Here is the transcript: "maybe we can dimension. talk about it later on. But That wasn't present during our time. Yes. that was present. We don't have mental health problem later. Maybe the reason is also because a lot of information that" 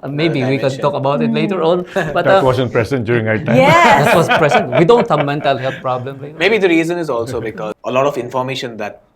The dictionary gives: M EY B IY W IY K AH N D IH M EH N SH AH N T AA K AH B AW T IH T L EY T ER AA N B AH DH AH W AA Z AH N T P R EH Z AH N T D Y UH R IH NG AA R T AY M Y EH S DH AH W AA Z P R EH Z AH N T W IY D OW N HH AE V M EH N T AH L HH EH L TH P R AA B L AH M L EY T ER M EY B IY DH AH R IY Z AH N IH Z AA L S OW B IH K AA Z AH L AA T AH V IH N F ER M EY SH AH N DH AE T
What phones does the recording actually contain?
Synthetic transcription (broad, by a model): M EY B IY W IY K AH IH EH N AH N T AA K AH B AW T IH T L EY T ER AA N B AH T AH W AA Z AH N P R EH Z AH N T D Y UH R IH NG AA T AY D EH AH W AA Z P R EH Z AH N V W IY D OW N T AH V M EH N T AH L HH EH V P R AA B L AH M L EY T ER M EY B IY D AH R IY Z AH N IH Z AA L S OW B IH K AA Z AH L AA T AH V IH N F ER M EY SH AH N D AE T